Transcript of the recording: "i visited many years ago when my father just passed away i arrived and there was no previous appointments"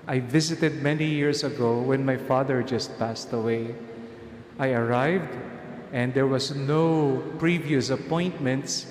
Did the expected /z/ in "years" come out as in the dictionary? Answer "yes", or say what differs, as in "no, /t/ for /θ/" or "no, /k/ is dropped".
no, /s/ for /z/